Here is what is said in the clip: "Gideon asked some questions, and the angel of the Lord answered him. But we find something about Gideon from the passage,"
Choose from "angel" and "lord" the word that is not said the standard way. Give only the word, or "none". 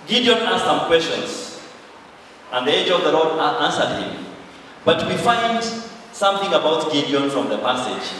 angel